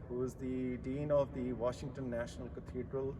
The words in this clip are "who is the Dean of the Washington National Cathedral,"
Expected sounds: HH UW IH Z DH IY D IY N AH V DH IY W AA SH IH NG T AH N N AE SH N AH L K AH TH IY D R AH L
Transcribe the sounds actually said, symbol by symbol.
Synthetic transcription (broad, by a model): HH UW IH Z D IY D IY N AH V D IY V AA SH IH NG T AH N N AE SH N AH L K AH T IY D R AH L